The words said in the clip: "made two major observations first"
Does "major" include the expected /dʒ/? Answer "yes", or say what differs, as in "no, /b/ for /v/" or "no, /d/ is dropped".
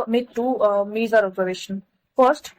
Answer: no, /z/ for /dʒ/